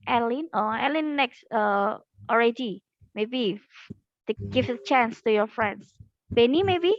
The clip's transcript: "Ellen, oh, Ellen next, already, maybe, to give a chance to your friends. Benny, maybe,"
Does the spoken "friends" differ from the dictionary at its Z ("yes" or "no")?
yes